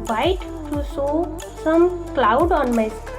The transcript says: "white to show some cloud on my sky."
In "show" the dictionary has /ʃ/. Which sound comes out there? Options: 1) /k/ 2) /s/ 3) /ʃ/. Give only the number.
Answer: 2